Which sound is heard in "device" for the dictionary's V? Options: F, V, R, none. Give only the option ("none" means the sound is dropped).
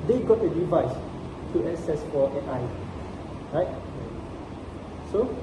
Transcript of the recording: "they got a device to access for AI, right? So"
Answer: V